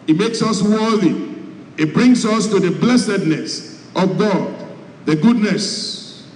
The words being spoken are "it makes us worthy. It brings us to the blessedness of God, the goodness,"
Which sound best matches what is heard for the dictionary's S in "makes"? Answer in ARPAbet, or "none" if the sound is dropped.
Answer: S